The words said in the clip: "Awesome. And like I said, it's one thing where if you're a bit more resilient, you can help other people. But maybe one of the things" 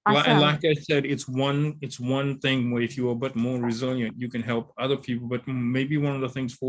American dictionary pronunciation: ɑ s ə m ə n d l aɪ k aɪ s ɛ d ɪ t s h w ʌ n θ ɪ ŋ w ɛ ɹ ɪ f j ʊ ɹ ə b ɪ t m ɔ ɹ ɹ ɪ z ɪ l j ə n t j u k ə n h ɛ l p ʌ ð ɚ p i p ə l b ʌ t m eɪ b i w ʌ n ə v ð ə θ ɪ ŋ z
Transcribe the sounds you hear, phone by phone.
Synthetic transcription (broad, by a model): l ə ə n l aɪ k aɪ s ɛ d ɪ t s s w ʌ n θ ɪ ŋ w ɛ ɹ ɪ f j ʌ ɹ b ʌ t m ɔ ɹ ɹ ɪ z ɪ l j ə n t j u k ə n h ɛ l p ʌ ð ɚ p i p l b ʌ t m eɪ b i w ʌ n ə v ð ə θ ɪ ŋ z